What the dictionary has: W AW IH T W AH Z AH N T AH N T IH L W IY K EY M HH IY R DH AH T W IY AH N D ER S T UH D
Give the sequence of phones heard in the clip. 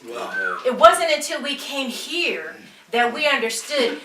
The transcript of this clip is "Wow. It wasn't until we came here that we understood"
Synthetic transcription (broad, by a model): IH T W AH Z AH N T AH N T IH L W IY K EY M HH IY R DH AH T W IY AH N D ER S T UH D